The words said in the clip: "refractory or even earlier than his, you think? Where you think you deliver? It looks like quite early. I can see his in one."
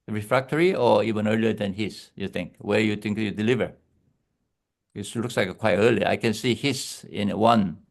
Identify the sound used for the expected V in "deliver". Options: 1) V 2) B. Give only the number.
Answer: 1